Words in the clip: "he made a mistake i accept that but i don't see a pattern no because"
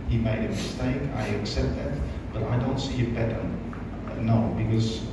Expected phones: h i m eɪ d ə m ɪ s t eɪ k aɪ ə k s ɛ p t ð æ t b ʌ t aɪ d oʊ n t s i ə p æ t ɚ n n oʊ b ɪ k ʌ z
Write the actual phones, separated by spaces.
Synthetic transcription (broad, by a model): h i m eɪ d ə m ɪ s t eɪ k aɪ ə k s ɛ p t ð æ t b ʌ t aɪ d oʊ n t s i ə b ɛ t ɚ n n oʊ b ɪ k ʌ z